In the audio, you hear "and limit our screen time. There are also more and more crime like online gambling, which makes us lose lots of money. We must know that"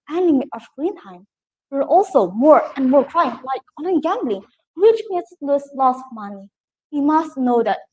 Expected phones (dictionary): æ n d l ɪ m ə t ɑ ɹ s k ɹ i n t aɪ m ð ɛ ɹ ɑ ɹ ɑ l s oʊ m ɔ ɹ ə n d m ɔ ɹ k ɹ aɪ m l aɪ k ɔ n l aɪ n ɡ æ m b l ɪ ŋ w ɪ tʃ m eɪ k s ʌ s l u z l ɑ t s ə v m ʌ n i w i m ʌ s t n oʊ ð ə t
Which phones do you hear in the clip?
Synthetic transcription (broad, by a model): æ n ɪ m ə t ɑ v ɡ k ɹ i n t aɪ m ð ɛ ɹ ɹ ɑ l s oʊ m ɔ ɹ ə n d m ɔ ɹ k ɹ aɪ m l aɪ k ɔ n aɪ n ɡ æ m b l ɪ ŋ w ɪ tʃ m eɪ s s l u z l ɑ s ə v m ʌ n i w i m ʌ s t n oʊ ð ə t